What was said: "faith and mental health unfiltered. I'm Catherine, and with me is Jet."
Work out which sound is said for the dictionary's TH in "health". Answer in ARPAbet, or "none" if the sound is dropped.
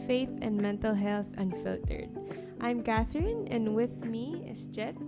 TH